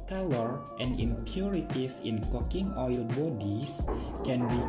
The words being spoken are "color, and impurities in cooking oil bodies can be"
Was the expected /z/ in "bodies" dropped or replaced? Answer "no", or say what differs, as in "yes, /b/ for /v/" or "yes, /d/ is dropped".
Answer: yes, /s/ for /z/